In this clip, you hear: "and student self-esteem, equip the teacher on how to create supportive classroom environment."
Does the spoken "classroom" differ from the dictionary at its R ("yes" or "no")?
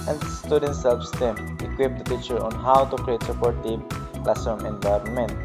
yes